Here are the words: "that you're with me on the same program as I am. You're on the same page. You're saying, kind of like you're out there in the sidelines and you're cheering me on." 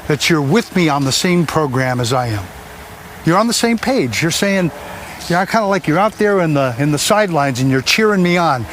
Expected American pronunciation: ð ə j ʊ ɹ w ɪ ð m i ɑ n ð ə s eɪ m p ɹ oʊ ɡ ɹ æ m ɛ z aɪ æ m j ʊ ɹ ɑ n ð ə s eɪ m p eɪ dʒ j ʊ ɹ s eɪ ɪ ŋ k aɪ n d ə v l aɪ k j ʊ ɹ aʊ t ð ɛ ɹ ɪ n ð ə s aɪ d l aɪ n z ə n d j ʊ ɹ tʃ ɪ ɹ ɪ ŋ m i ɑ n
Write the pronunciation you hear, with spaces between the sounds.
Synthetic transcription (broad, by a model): ð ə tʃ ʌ ɹ w ɪ ð m i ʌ n ð ə s eɪ m p ɹ oʊ ɡ ɹ æ m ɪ z aɪ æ m j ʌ ɹ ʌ n ð ə s eɪ m p eɪ dʒ j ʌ ɹ s eɪ ɪ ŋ k aɪ n d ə l aɪ k j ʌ ɹ aʊ t ð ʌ ɹ ɪ n ð ə s aɪ d l aɪ n z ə n j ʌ ɹ tʃ ɪ ɹ ɪ ŋ m i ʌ n